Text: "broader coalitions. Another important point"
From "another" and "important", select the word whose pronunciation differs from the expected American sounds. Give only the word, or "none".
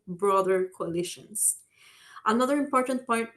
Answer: none